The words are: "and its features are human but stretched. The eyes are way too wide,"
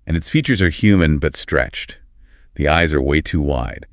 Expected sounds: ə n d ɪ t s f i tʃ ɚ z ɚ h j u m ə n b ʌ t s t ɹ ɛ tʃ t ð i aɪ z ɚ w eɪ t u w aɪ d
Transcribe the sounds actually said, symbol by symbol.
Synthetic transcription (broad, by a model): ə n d ɪ t s f i tʃ ɚ z ɚ h j u m ə n b ʌ t s t ɹ ɛ tʃ t ð i aɪ z ɚ w eɪ t u w aɪ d